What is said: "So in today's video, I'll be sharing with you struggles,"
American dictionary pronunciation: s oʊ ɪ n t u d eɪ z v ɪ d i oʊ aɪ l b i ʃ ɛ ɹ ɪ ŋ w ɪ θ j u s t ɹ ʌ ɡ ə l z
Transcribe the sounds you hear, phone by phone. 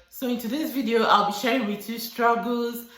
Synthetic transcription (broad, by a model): s oʊ ɪ n t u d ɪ s v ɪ d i oʊ aɪ l b i ʃ ɛ ɹ ɪ ŋ w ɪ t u s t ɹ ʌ ɡ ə l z